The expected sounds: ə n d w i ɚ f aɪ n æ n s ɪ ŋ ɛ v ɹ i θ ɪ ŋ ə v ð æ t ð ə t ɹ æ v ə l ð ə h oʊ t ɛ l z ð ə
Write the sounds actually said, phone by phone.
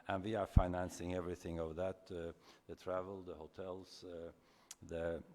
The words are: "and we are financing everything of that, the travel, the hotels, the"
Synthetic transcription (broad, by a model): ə n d w i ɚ f aɪ n æ n s ɪ ŋ ɛ v ɹ i θ ɪ ŋ ə v ð æ t ð ə t ɹ æ v ə l ð ə h oʊ t ɛ l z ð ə